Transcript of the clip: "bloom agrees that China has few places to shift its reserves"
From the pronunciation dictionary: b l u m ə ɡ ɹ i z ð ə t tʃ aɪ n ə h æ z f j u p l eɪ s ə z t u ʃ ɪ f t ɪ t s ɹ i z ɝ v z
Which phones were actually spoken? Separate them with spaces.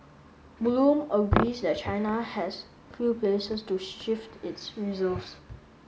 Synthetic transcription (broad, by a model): b l u m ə ɡ ɹ i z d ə t tʃ aɪ n ə h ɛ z f j u p l eɪ s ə s t u ʃ ɪ f t ɪ t s ɹ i z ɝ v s